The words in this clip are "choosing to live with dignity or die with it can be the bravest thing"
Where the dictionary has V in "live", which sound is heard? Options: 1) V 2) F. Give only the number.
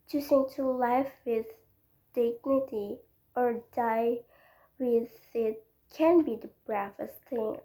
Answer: 2